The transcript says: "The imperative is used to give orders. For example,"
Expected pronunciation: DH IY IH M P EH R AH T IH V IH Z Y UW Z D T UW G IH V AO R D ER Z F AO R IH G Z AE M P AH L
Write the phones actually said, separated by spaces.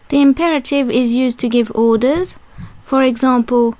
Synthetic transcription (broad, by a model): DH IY IH M P EH R AH T IH V IH Z Y UW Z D T UW G IH V AO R D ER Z F AO R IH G Z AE M P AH L